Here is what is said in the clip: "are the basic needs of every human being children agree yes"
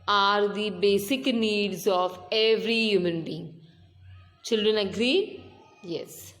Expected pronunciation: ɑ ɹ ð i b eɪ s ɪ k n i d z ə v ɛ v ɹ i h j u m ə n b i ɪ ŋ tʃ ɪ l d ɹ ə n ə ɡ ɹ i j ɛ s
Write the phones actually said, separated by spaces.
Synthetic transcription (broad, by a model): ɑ ɹ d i b eɪ s ɪ k n i d z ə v ɛ v ɹ i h j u m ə n b i ɪ ŋ tʃ ɪ l d ɹ ə n ə ɡ ɹ i j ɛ s